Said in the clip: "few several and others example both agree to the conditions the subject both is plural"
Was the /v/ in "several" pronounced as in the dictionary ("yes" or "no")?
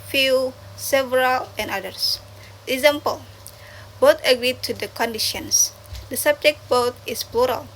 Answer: yes